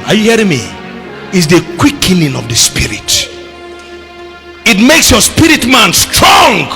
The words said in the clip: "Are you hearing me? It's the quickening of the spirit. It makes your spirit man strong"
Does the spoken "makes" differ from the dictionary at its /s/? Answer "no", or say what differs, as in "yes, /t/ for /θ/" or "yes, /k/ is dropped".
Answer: no